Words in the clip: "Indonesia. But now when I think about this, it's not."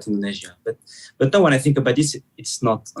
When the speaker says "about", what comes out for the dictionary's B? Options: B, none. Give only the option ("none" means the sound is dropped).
B